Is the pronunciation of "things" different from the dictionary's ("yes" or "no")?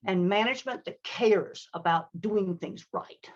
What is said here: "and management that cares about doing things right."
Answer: no